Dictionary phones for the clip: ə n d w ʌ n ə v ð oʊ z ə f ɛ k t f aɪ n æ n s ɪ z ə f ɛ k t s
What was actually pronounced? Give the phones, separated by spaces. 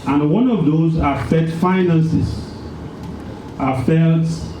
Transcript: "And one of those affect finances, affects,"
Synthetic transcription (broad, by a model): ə n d w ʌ n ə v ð oʊ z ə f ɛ t f aɪ n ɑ n s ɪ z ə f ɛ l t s